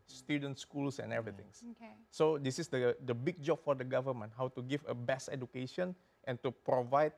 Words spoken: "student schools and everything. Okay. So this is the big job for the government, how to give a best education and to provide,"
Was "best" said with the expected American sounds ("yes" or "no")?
no